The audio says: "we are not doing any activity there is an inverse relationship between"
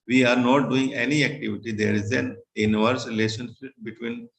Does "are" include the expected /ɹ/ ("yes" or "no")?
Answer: yes